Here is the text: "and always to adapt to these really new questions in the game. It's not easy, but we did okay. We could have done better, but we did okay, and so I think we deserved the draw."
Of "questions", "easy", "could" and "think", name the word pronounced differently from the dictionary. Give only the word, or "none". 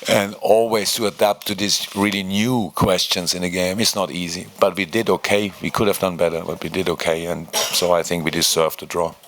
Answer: none